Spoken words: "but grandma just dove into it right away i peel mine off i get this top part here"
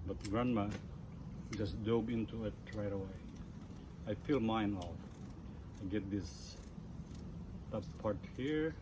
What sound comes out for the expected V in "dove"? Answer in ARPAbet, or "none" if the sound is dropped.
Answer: B